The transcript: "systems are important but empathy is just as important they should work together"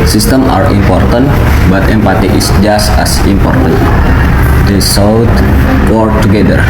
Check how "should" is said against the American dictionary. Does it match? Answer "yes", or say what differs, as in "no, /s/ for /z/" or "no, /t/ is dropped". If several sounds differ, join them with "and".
no, /s/ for /ʃ/